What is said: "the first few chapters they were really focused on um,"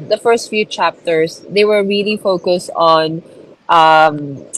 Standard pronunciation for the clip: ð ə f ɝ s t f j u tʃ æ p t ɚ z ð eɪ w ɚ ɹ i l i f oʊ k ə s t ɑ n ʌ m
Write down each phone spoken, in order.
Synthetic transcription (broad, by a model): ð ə f ɝ s t f j u tʃ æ p t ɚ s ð eɪ w ɚ ɹ i l i f oʊ k ə s t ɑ n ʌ m